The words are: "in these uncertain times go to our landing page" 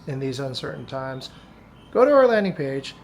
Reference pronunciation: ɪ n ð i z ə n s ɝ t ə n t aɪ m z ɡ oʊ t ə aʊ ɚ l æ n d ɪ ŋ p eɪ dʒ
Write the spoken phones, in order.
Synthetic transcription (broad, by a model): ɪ n ð i z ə n s ɝ t n t aɪ m z ɡ oʊ t ə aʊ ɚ l æ n d ɪ ŋ p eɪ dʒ